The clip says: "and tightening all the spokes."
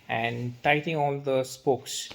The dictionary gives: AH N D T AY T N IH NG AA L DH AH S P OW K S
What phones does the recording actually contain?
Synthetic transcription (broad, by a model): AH N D T AY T IH NG AA L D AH S P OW K S